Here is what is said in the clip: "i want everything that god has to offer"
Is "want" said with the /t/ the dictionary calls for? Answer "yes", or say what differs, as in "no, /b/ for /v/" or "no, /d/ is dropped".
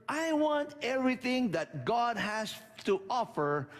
yes